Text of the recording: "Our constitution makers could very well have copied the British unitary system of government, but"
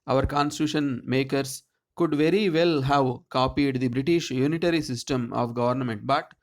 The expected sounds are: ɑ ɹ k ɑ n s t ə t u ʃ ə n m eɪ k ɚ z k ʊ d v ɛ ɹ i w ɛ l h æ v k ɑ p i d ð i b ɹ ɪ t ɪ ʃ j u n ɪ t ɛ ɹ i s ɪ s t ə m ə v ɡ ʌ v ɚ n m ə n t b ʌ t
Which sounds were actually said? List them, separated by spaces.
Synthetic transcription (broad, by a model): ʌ ɹ k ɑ n s t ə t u ʃ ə n m eɪ k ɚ s k ʊ d v ɛ ɹ i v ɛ l h æ v k ɑ p i d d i b ɹ ɪ t ɪ ʃ j u n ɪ t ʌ ɹ i s ɪ s t ə m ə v ɡ ʌ v ɚ n m ə n t b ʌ t